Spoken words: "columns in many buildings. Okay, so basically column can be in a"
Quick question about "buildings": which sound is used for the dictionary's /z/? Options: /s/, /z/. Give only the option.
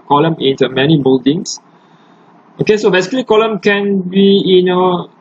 /s/